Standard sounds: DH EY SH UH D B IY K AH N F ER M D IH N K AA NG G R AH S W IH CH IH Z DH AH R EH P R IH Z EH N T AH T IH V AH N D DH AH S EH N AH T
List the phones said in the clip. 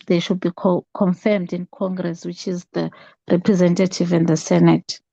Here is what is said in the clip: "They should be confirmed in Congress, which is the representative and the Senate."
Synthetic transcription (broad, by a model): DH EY SH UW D B IY K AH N F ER M D IH N K AA NG G R AH S W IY CH IH Z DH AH R EH P R IH Z EH N T AH T IH V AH N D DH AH S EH N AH T